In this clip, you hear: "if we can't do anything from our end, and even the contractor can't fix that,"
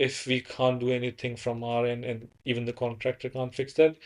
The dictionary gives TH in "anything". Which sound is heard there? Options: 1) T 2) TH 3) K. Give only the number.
1